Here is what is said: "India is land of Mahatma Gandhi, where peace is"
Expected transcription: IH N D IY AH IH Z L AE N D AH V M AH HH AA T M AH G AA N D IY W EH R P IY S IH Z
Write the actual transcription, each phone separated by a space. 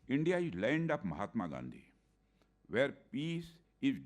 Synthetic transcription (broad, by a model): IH N D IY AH IH Z L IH N D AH P M AH HH AA T M AH G AA N D IY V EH R P IY S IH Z